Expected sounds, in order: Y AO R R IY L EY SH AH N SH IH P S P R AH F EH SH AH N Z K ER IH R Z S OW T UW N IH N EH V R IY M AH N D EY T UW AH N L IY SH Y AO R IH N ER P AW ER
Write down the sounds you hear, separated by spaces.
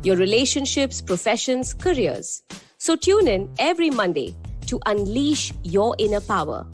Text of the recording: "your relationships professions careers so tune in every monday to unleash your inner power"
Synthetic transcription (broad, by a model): Y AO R R IY L EY SH AH N SH IH P S P R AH F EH SH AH N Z K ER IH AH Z S OW T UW N IH N EH V R IY M AH N D EY T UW AH N L IY SH Y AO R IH N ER P AW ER